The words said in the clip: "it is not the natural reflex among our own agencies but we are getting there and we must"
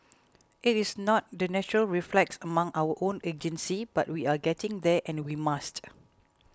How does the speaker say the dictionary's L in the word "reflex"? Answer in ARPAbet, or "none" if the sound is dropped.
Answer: L